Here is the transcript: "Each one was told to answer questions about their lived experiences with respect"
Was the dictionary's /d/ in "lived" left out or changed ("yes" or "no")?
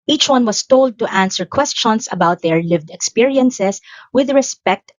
no